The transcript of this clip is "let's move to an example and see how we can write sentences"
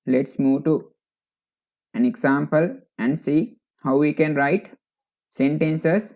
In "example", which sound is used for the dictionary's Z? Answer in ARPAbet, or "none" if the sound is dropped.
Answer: S